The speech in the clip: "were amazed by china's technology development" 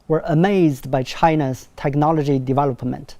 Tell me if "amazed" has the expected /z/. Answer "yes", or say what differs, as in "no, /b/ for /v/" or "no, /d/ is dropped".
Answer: yes